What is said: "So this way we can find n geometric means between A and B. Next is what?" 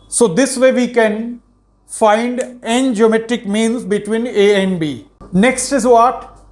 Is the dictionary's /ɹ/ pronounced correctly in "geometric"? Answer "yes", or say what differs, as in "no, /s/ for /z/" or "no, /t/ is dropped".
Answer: no, /ɹ/ is dropped